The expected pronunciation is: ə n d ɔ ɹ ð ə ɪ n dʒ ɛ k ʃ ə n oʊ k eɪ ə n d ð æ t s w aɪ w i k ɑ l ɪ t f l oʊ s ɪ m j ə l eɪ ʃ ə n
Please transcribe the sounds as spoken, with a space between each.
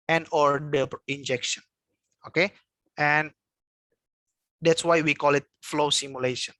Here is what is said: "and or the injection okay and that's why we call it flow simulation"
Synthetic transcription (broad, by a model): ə n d ɔ ɹ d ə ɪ n dʒ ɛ k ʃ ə n oʊ k eɪ ə n d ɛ t s w aɪ w i k ɑ l ɪ t f l oʊ s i m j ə l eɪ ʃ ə n